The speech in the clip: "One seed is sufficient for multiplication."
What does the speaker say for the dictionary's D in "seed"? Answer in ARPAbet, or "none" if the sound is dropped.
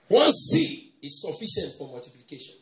none